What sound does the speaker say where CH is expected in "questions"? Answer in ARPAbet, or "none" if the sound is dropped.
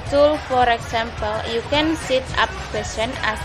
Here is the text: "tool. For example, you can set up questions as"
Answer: none